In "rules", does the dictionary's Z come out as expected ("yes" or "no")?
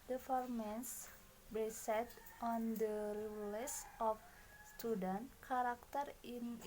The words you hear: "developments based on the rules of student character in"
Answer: no